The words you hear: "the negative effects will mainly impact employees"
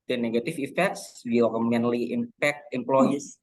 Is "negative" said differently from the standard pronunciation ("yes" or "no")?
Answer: yes